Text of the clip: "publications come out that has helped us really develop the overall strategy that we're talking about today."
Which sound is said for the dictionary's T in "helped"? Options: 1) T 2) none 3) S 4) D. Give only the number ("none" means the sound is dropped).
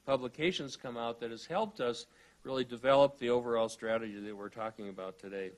1